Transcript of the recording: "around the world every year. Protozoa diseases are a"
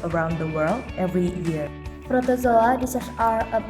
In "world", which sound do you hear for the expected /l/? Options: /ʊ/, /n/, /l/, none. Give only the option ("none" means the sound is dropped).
/l/